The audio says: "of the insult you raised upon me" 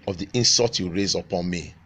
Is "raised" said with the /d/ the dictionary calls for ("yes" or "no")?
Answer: no